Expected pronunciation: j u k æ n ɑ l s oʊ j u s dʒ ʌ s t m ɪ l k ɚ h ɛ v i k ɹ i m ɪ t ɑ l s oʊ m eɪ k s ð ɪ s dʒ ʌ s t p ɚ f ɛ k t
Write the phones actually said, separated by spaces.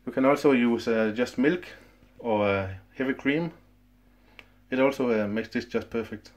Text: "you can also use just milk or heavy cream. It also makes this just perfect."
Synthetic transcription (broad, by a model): j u k æ n ɑ l s oʊ j u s dʒ ʌ s t m ɪ l k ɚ h ɛ v i k ɹ i m ɪ t ɑ l s oʊ m eɪ k s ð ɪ s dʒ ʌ s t p ɚ f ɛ k t